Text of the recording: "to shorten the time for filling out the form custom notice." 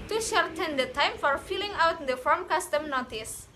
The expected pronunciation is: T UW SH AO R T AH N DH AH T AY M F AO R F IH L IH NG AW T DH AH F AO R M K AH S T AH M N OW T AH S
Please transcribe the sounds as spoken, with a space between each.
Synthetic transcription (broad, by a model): T UW SH AO R T AH N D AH T AY M F AO R F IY L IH NG AW T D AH F AO R M K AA S T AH M N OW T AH S